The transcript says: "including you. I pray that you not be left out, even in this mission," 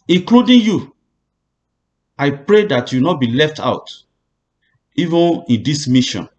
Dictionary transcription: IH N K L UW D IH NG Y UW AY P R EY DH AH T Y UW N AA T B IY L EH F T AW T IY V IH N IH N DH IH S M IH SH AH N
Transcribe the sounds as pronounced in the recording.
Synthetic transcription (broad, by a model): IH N K L UW D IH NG Y UW AY P R EY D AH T Y UW N AA T B IY L EH F T AW T IY V IH N IH N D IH S M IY SH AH N